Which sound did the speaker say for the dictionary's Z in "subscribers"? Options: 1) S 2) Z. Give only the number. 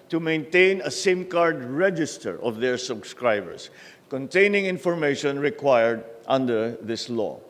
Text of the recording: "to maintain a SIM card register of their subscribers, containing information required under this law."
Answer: 1